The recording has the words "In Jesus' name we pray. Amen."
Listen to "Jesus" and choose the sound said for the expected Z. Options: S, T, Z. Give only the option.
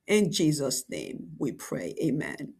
Z